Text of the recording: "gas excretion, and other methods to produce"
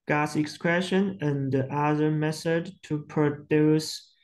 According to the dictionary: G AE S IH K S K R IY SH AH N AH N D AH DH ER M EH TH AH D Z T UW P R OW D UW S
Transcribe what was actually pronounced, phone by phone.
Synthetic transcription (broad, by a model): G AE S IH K S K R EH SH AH N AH N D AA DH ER M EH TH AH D T UW P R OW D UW S